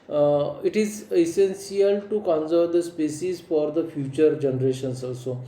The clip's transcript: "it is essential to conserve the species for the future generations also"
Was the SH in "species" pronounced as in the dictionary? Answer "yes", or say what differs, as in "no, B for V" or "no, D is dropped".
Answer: no, S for SH